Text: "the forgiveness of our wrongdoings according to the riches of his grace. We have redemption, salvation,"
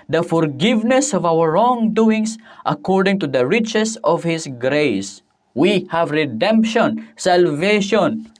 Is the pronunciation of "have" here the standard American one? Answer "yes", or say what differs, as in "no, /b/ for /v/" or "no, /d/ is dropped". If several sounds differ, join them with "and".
yes